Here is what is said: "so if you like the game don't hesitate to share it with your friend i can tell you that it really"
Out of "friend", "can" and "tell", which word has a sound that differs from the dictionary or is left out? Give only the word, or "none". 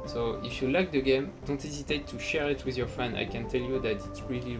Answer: friend